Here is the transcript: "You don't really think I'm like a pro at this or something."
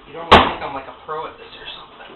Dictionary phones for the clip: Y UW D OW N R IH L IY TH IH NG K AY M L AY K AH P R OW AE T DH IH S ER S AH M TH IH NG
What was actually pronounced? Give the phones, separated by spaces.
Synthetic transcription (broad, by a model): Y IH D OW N W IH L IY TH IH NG K AY M L AY K AH P R OW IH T DH IH S ER S AH M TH IH NG